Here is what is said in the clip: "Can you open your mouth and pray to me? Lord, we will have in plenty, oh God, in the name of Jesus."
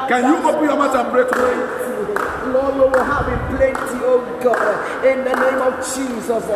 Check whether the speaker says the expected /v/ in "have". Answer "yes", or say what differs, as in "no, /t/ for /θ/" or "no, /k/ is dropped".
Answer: no, /b/ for /v/